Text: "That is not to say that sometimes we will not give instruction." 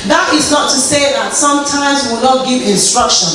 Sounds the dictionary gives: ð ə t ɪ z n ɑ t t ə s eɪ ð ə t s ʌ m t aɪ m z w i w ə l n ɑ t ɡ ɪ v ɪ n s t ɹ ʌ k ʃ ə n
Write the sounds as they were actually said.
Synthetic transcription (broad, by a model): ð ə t ɪ z n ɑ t t ə s eɪ ð ə t s ʌ m t aɪ m z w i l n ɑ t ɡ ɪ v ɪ n s t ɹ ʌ k ʃ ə n